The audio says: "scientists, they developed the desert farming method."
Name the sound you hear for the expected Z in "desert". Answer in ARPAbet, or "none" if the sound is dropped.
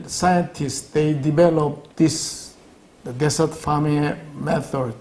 S